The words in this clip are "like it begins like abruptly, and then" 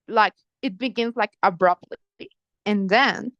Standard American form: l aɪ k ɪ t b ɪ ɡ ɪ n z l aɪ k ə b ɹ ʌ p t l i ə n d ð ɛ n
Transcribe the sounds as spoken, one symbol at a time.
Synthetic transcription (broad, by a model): l aɪ k ɪ t b ɪ ɡ ɪ n z l aɪ k ə b ɹ ʌ p t l i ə n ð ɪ n